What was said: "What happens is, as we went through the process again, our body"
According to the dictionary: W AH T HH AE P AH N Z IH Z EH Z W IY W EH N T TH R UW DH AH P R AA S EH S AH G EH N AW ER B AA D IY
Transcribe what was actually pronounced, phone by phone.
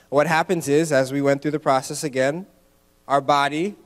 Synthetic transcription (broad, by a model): W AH T HH AE P AH N Z IH Z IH Z W IY W EH N TH R UW DH AH P R AA S EH S AH G EH N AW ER B AA D IY